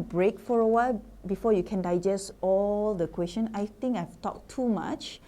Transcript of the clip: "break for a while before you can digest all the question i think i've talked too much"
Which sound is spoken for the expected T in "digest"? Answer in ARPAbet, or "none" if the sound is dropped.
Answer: T